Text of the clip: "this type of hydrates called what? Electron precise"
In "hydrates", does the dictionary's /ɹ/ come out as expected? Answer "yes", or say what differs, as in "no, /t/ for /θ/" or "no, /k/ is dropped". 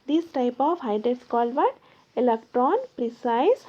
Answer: no, /ɹ/ is dropped